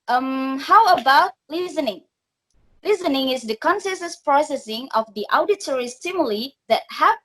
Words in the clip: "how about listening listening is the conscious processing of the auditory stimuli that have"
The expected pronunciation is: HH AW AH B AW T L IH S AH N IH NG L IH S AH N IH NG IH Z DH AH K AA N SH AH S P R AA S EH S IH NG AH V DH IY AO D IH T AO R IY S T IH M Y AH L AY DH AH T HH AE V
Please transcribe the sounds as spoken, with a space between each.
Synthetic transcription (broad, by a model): HH AW AH B AW T L IH S AH N IH NG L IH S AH N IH NG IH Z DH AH K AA N S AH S P R AA S EH S IH NG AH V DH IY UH D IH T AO R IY S T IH M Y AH L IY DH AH T HH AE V